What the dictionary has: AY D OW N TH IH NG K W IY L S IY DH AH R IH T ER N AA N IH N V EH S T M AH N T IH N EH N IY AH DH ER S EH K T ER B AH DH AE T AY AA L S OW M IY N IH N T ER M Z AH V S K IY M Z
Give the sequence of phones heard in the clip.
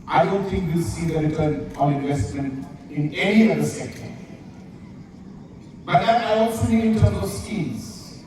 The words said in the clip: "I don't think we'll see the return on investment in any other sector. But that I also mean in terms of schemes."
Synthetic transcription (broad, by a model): AY D OW N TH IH NG K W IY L S IY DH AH R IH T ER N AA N IH N V EH S T M AH N T IH N EH N IY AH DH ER S EH K T ER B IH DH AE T AY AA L S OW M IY IH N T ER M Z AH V S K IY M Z